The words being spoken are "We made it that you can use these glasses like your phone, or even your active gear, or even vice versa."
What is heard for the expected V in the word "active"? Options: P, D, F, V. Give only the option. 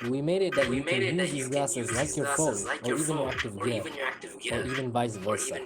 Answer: V